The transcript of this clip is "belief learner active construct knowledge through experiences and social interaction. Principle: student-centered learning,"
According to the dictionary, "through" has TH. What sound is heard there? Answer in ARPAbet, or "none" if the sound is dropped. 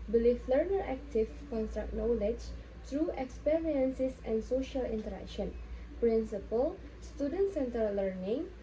T